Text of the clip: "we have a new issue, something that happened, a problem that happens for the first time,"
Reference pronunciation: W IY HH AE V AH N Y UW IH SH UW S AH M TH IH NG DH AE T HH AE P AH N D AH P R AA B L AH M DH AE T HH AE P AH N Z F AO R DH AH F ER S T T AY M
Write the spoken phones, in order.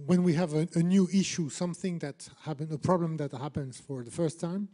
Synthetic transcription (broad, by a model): W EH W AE V AH N Y UW IH SH UW S AH M TH IH NG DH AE T HH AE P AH N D AH P R AA B L AH M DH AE T HH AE P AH N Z F AO R DH AH F ER S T T AY M